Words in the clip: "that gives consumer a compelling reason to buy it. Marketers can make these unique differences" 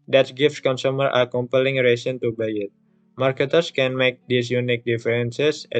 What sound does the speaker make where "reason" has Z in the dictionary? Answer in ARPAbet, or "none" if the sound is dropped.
S